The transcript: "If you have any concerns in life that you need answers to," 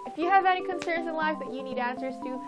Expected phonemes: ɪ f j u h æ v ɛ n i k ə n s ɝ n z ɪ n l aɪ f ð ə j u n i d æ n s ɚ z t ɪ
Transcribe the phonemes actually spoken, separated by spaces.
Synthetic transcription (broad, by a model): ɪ f j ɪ v ɛ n i k ə n s ɝ n z ɪ n l aɪ f ð ə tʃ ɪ n i d æ n s ɚ z t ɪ